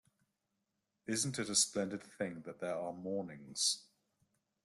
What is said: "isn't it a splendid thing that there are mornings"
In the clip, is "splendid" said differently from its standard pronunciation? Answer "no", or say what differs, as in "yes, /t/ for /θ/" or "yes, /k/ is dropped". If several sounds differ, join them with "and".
no